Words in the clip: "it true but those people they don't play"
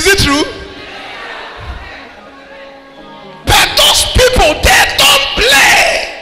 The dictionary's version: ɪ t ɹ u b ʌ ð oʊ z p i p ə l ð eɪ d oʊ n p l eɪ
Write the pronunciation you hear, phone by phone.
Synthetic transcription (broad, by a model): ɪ t ɹ u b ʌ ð oʊ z p i p ə l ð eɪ d oʊ n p l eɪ